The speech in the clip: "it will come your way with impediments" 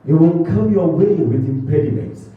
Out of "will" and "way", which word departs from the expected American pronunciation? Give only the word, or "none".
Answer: will